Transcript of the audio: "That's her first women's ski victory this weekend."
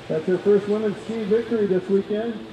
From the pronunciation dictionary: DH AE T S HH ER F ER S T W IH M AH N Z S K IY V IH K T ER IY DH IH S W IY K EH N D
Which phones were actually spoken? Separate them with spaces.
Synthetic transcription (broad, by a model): DH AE T S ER F ER S T W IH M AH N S IY V IH K T ER IY DH IH S W IY K EH N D